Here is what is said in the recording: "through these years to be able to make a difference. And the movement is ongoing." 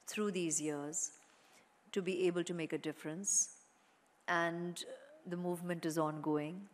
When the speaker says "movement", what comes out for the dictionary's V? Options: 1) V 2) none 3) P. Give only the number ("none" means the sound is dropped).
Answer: 1